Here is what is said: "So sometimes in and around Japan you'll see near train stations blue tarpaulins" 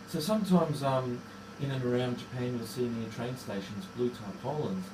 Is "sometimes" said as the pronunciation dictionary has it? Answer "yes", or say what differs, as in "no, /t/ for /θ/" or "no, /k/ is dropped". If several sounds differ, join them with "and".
yes